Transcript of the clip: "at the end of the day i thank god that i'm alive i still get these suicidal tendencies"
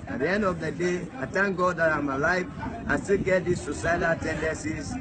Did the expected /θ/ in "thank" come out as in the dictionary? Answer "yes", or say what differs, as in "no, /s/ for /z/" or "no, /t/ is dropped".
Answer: no, /t/ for /θ/